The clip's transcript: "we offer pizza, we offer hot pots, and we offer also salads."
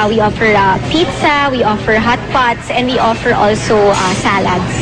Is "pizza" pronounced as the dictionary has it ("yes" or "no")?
yes